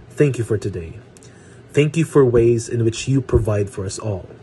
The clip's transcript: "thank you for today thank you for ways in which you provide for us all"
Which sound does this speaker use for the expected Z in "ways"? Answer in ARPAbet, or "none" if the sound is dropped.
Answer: Z